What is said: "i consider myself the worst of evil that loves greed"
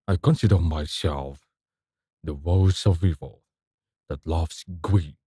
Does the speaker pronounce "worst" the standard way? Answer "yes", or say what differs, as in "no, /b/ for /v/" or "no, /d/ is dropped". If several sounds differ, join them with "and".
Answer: no, /t/ is dropped